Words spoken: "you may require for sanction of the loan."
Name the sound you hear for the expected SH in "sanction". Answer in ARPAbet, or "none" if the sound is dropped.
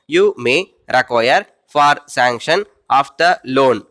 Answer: SH